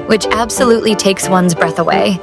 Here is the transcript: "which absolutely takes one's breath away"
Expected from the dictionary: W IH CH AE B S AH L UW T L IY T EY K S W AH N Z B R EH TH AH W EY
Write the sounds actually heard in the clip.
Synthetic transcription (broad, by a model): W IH CH AE B S AH L UW T L IY T EY K S W AH N Z B R EH TH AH W EY